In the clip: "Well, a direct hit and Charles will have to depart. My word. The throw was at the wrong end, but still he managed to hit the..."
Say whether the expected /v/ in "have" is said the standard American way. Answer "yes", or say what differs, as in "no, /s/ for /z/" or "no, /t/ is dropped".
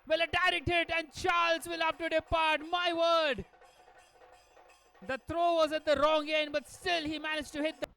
no, /f/ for /v/